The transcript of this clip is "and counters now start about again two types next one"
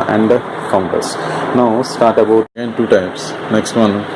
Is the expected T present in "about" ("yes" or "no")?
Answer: no